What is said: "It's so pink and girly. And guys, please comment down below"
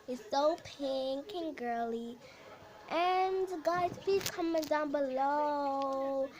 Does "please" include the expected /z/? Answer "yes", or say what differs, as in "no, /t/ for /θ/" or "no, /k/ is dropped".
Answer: no, /z/ is dropped